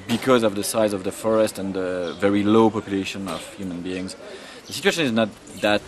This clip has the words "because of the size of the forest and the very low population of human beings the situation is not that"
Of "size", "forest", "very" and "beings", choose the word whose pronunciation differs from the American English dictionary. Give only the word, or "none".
none